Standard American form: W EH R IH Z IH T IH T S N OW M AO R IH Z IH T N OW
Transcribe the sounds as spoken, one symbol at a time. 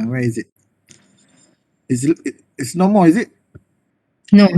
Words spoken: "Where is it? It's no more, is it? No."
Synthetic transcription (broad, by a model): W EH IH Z IH T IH S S N OW M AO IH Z IH T N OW